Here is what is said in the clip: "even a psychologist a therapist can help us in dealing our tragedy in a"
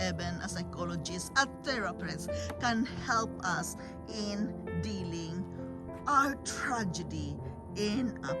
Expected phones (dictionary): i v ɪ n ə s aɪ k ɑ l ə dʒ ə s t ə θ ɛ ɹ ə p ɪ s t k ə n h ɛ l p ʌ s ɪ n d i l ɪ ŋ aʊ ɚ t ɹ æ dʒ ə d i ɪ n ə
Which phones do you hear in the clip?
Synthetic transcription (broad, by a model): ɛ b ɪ n ə s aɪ k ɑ l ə dʒ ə s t ə t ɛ ɹ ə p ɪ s k ə n h ɛ l p ʌ s ɪ n d i l ɪ ŋ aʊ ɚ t ɹ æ dʒ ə d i ɪ n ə